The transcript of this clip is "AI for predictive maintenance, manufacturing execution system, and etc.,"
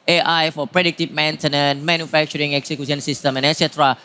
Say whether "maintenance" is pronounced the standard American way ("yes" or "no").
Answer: no